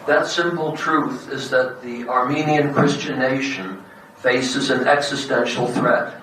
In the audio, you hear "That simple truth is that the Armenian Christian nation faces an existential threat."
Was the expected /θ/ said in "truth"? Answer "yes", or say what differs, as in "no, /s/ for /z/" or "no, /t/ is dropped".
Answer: yes